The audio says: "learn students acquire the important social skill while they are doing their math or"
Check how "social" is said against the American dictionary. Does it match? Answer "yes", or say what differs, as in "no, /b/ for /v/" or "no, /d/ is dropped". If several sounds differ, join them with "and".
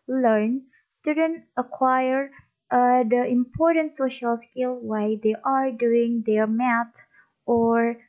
yes